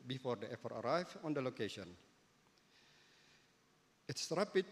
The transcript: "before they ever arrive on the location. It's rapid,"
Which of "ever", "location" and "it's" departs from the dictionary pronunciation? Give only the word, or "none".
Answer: ever